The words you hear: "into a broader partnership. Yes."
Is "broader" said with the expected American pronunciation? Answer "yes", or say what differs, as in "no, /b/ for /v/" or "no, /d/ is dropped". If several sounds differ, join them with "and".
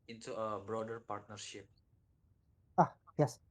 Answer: yes